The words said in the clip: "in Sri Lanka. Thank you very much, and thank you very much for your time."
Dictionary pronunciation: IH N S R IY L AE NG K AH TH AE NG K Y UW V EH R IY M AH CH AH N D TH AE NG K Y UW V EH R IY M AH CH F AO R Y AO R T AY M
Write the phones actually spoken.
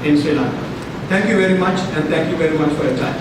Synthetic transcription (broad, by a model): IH N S IY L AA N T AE NG K Y UW V EH R IY M AH CH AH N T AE NG K Y UW V EH R IY M AH CH F AO R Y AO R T AY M